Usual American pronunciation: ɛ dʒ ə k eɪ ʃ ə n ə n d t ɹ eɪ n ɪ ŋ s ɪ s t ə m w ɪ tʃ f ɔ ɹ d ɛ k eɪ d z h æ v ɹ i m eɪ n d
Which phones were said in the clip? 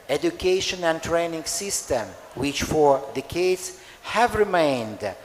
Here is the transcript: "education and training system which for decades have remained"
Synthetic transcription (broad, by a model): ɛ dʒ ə k eɪ ʃ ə n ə n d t ɹ eɪ n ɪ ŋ s ɪ s t ə m w ɪ tʃ f ɔ ɹ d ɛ k eɪ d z h æ v ɹ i m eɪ n d